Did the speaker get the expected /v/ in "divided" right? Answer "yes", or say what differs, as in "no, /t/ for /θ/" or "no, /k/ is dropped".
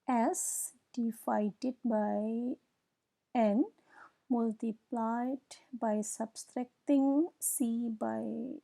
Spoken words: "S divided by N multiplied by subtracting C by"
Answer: no, /f/ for /v/